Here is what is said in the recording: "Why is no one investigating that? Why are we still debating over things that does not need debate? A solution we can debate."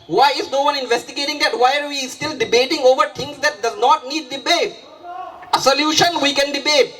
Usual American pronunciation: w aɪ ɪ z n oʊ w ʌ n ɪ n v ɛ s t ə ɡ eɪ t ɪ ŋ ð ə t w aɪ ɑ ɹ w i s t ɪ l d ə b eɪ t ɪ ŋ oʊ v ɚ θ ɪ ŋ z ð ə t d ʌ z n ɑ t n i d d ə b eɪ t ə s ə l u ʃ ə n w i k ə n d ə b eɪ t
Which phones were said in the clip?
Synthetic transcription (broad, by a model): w aɪ ɪ z n oʊ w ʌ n ɪ n v ɛ s t ə ɡ eɪ t ɪ ŋ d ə t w aɪ ɑ ɹ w i s t ɪ l d ə b eɪ t ɪ ŋ oʊ v ɚ t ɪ ŋ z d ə t d ʌ z n ɑ t n i d d ə b eɪ t ə s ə l u ʃ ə n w i k ə n d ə b eɪ t